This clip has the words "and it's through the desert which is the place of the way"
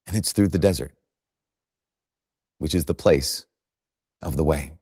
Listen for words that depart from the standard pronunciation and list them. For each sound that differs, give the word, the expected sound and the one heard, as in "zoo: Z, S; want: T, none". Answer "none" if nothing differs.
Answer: none